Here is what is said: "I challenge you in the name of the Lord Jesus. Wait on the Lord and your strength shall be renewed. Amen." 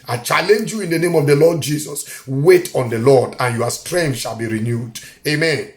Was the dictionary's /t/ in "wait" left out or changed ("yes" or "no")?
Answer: no